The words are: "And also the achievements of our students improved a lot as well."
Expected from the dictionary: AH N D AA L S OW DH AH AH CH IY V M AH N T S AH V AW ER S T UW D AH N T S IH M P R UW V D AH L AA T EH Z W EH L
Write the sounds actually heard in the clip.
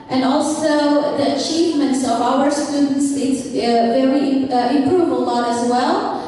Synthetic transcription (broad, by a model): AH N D AA L S OW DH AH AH CH IY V M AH N T S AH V AW ER S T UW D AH N T S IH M P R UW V AH L AA T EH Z W EH L